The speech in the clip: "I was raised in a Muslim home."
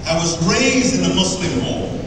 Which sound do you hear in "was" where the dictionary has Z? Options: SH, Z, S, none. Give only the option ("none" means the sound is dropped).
Z